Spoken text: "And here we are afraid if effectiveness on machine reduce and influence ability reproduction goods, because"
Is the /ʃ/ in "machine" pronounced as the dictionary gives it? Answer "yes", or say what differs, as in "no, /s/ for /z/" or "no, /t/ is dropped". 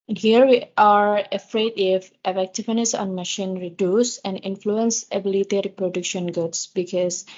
yes